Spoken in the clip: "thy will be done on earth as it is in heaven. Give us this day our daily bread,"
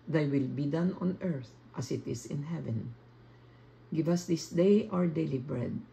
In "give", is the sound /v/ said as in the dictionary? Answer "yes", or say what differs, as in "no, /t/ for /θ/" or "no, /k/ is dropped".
yes